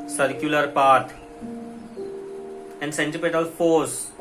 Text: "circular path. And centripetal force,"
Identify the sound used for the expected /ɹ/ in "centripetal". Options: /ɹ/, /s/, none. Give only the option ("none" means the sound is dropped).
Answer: none